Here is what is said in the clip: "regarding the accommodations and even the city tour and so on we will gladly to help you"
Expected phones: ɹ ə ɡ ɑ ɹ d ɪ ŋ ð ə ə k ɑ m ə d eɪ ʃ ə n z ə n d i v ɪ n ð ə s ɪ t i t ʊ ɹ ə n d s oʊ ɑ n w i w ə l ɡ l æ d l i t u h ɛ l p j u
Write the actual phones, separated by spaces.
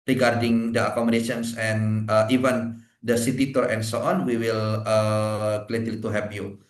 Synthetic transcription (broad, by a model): ɹ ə ɡ ɑ ɹ d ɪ ŋ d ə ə k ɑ m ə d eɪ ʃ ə n s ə n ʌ i v ɪ n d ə s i t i t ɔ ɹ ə n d s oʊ ɑ n w i w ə l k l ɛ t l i t u h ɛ p j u